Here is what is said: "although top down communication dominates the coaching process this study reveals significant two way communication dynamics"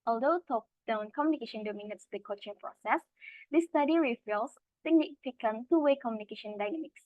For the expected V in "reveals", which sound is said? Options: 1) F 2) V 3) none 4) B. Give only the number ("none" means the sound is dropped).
1